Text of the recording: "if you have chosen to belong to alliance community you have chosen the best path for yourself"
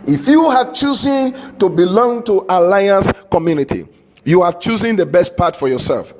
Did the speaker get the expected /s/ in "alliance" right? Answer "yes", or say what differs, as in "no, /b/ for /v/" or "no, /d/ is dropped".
yes